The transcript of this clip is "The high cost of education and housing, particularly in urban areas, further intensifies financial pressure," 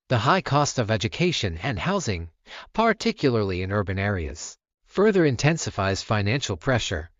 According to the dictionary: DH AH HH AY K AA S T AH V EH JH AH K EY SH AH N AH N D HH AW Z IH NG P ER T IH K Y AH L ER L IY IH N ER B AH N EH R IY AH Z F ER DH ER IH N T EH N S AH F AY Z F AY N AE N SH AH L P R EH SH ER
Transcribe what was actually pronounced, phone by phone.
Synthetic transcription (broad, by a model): DH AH HH AY K AA S T AH V EH JH AH K EY SH AH N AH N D HH AW Z IH NG P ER T IH K Y L ER L IY IH N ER B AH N EH R IY AH Z F ER DH ER IH N T EH N S AH F AY Z F AY N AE N SH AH L P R EH SH ER